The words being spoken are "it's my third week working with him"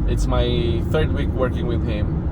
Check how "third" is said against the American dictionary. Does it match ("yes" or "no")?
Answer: yes